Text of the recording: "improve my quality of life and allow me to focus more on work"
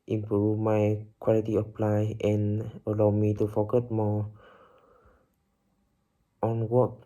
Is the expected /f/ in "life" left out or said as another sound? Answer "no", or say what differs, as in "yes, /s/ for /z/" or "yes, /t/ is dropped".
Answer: yes, /f/ is dropped